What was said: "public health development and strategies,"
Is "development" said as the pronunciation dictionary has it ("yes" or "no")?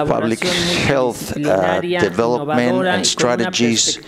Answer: yes